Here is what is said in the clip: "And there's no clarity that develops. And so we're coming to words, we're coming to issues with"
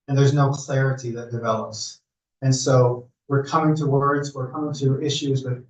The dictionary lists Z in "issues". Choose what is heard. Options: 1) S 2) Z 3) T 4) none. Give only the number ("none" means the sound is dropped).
2